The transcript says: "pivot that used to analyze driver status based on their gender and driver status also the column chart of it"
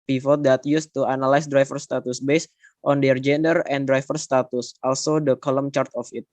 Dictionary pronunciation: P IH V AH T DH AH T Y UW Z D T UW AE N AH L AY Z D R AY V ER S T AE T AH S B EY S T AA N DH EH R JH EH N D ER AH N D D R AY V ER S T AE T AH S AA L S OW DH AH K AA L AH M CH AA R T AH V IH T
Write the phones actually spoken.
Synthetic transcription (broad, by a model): P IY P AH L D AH T Y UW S T UW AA N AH L AY S D R AY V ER S T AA T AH S B EY S T AA N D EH R JH EH N D ER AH N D D R AY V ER S T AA T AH S AA L S OW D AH K AA L AH M CH AA R T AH F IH T